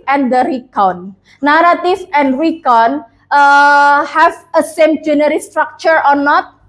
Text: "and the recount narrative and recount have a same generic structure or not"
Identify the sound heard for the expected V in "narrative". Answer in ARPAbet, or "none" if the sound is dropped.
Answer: F